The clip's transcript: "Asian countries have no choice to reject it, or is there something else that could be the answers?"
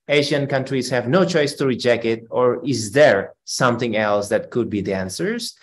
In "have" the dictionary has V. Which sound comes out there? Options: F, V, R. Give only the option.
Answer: V